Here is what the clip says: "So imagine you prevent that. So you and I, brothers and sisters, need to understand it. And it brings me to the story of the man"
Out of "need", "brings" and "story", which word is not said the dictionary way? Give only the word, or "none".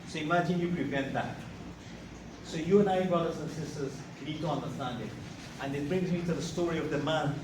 need